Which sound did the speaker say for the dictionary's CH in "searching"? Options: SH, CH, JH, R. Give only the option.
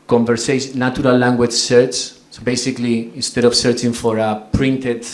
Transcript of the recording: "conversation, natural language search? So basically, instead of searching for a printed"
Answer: CH